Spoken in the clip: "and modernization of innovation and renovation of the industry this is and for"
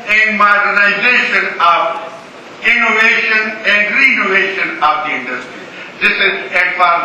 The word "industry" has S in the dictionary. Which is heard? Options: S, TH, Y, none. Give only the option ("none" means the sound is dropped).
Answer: S